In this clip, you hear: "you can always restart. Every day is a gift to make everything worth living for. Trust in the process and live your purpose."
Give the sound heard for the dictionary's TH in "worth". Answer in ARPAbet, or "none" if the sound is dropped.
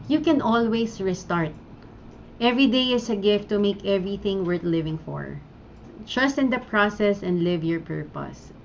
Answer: T